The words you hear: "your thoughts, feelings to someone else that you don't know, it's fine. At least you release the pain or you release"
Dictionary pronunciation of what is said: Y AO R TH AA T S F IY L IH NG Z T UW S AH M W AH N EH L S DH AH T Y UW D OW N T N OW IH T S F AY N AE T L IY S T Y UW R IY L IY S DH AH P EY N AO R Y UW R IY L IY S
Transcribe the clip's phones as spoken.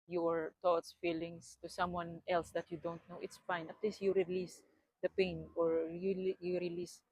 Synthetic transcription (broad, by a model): Y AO R T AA T S F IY L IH NG S T UW S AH M W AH N EH L S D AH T Y UW D OW N T N OW IH T S F AY N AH T L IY S Y UW R IY L IY S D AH P EY N AO R Y UW R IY L IY S